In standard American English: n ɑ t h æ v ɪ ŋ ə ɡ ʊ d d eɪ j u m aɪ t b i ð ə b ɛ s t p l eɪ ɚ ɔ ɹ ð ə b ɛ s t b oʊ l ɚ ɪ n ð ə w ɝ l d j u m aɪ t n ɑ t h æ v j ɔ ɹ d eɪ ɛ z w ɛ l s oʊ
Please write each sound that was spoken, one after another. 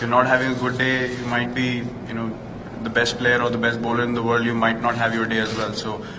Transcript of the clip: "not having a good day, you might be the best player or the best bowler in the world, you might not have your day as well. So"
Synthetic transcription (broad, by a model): n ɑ t h æ v ɪ ŋ ə ɡ ʊ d d eɪ j u m aɪ t b i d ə b ɛ s t p l eɪ ɚ ɔ ɹ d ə b ɛ s t b oʊ l ɚ ɪ n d ə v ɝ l d j u m aɪ t n ɑ t h æ v j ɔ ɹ d eɪ ɛ z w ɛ l s oʊ